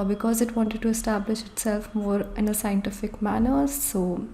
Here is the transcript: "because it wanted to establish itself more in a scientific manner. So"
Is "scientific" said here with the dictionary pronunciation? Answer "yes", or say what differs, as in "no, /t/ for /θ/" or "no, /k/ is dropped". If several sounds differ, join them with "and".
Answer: yes